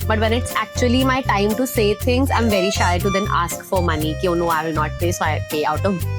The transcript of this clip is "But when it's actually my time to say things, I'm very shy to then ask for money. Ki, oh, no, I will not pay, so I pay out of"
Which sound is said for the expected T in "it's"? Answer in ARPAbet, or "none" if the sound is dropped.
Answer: T